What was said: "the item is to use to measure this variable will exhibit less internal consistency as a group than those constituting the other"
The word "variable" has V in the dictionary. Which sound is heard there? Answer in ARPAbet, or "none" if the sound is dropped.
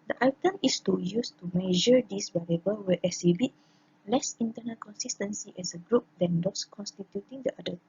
B